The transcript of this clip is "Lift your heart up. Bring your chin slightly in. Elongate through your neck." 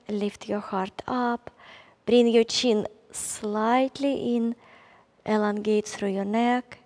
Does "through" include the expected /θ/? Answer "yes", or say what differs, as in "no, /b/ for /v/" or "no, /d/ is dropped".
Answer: no, /s/ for /θ/